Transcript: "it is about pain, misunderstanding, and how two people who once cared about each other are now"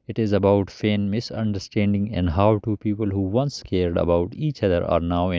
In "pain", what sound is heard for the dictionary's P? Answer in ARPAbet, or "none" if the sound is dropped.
F